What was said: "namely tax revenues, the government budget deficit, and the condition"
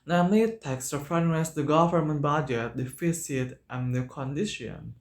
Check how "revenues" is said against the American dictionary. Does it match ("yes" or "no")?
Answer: no